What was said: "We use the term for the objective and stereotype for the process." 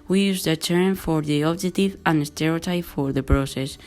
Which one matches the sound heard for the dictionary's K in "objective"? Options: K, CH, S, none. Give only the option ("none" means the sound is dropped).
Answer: none